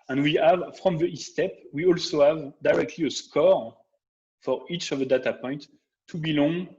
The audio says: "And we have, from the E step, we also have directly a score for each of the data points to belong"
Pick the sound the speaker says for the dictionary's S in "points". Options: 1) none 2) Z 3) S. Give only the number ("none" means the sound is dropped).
1